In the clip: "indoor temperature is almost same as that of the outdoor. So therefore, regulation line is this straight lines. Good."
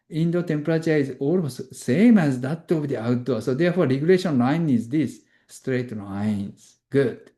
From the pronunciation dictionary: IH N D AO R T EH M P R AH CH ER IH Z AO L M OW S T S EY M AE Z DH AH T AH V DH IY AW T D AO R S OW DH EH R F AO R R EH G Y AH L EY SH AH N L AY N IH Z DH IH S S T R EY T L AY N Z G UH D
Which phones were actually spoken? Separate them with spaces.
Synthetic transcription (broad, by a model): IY N D AO T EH M P R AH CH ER IH Z AO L OW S S EY M AE Z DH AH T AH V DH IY AW T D AO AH S OW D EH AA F AO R R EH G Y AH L EY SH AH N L AY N IH Z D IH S S T R EY T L AY N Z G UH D